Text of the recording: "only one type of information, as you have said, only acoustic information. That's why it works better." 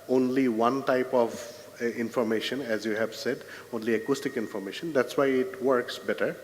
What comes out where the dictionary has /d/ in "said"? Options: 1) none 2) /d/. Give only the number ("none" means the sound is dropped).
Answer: 2